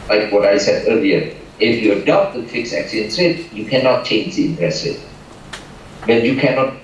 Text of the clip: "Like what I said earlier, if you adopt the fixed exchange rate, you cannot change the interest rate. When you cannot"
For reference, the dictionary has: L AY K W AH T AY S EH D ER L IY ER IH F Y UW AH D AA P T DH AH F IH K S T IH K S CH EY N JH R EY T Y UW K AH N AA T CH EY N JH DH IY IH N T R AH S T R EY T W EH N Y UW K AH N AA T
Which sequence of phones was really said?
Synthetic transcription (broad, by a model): L AY K W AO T AY S EH D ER L IY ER IH F Y UW AH D AA P T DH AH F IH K S IH K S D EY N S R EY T Y UW K AH N AA T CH EY N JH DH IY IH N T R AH S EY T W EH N Y UW K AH N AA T